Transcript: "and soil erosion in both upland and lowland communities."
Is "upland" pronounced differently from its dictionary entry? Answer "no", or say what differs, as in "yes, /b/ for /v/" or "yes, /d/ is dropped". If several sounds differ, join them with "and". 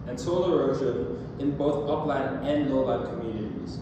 yes, /d/ is dropped